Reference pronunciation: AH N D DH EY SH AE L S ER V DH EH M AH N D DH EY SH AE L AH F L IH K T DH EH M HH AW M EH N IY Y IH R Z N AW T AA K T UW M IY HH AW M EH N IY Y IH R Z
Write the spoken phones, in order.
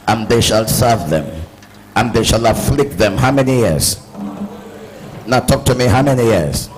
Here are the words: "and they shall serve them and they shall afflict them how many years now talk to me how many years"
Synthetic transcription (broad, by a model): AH N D DH EY SH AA L S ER V DH EH M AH N DH EY SH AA L AH F L IH K T DH EH M HH AW M EH N IY Y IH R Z N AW T AA K T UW M IY HH AW M EH N IY Y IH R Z